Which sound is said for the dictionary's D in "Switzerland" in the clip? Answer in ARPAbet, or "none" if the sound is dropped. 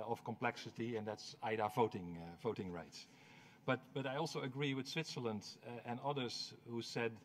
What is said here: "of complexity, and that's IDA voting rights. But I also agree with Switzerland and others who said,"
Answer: D